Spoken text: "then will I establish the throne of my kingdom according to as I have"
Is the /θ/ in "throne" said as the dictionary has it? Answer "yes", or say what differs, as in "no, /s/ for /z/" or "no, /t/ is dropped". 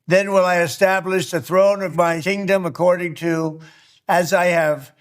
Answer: yes